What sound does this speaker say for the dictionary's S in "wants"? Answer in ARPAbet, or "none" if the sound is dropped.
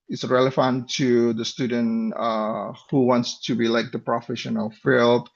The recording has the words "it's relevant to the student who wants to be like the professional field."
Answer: S